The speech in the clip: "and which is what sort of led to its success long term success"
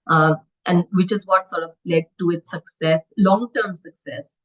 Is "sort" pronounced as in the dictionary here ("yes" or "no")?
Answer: yes